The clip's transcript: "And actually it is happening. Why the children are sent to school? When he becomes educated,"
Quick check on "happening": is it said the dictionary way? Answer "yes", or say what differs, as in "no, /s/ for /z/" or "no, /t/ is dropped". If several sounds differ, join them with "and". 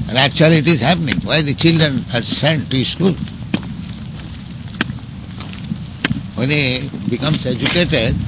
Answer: yes